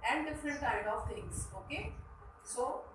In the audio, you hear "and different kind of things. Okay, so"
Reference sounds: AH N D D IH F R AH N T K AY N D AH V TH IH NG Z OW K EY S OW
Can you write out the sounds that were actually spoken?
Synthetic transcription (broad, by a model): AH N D D IH F R AH N T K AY D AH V T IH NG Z OW K EY S OW